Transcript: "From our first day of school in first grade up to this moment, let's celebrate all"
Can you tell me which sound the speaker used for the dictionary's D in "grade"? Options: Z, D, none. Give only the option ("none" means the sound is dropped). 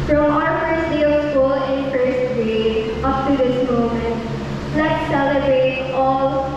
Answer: none